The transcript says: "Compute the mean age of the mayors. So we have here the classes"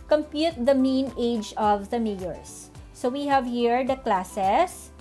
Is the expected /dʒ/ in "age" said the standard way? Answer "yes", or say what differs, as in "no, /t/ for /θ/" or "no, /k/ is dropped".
yes